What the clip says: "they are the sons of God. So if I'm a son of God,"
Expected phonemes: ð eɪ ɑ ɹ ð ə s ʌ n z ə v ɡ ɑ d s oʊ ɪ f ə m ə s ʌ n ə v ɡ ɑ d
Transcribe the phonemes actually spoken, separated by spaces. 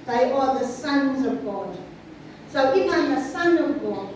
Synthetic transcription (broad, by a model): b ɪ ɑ l ð ə s ʌ n z ə v ɡ ɑ d s oʊ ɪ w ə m ə s ʌ n ə v ɡ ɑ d